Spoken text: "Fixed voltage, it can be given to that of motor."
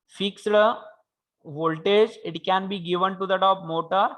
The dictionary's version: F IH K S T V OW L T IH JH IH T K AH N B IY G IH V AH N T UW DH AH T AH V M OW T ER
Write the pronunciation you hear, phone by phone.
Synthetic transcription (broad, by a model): F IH K S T V OW L T IH JH IH T K AH N B IY G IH V AH N T UW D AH T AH P M OW T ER